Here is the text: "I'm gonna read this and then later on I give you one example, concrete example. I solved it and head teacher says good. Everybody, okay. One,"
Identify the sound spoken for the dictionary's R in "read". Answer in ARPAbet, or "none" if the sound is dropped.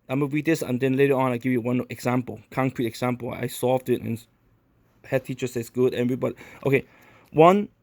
W